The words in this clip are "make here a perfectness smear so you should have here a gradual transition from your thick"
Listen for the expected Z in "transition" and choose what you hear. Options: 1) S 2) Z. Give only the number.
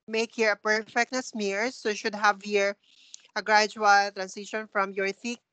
1